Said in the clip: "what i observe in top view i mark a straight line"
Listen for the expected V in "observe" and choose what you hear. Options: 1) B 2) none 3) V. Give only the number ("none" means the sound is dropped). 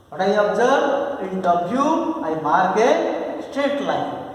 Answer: 1